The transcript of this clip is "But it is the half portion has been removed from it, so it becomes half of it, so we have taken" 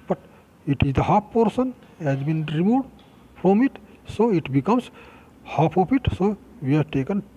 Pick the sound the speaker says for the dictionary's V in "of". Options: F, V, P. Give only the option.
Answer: P